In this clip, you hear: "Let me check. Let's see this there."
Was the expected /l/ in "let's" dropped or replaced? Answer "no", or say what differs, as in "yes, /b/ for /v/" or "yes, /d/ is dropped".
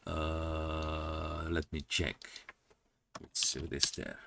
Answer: yes, /w/ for /l/